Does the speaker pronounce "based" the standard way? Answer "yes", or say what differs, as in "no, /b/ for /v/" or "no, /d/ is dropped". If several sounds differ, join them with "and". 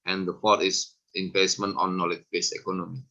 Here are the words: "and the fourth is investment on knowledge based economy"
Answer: no, /t/ is dropped